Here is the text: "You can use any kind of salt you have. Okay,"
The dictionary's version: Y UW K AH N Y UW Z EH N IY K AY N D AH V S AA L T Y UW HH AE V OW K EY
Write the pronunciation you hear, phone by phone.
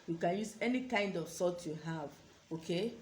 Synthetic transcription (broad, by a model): Y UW K AH N Y UW Z EH N IY K AY N D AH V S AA T Y UW HH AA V OW K EY